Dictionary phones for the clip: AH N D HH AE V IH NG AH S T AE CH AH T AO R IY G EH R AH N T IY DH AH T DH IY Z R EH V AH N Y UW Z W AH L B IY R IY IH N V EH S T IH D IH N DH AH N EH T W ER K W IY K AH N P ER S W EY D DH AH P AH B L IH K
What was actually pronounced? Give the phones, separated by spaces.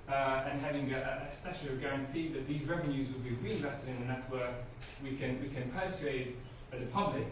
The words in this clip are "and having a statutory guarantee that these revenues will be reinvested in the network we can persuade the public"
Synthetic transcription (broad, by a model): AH N HH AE V IH NG AH S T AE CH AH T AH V G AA R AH N T IY DH AH T DH IY Z R EH V AH N Y UW Z W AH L B IY R IY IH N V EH S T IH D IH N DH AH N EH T W ER K W IY K AH N P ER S EY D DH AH P AH B L IH K